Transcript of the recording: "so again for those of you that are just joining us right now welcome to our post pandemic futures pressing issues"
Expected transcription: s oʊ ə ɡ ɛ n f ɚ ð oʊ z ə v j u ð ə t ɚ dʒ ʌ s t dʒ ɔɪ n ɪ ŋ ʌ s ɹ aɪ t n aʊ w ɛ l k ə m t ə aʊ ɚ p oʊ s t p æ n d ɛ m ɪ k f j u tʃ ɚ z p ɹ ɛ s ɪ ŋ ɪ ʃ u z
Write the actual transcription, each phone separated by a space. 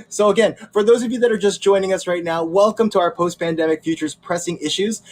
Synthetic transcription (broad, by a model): s oʊ ə ɡ ɛ n f ɚ ð oʊ z ə v j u ð ə t ɚ dʒ ʌ s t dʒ ɔɪ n ɪ ŋ ʌ s ɹ aɪ t n aʊ w ɛ l k ə m t ə aʊ ɚ p oʊ s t p æ n d ɛ m ɪ k f j u tʃ ɚ z p ɹ ɛ s ɪ ŋ ɪ ʃ u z